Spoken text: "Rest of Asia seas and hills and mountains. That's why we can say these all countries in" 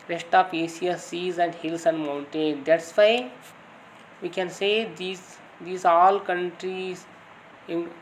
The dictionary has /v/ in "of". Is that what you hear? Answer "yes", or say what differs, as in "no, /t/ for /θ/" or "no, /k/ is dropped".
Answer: no, /p/ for /v/